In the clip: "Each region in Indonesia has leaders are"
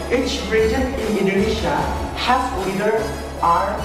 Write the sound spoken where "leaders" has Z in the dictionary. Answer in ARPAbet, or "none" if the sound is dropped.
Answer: none